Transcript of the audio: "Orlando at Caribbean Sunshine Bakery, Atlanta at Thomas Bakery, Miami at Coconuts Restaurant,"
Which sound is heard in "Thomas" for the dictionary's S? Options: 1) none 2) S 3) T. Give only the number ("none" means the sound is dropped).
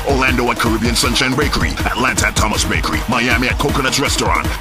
2